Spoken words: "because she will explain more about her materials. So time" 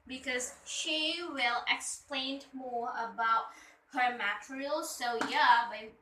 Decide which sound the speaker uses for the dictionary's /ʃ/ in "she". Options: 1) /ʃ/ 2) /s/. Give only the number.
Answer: 1